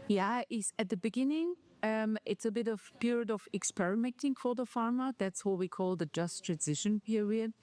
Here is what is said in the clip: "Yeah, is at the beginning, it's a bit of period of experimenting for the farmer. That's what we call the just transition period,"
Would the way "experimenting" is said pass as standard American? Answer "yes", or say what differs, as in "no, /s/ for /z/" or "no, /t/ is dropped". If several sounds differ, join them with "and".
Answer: yes